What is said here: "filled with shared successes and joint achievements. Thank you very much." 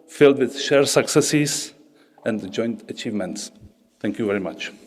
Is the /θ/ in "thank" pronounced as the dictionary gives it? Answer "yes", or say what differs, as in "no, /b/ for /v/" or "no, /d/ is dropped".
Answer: no, /t/ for /θ/